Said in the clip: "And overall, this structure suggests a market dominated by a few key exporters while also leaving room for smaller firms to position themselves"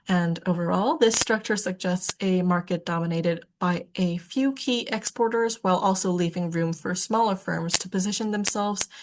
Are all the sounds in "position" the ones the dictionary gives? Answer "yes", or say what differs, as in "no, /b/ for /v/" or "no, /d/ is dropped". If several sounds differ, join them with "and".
yes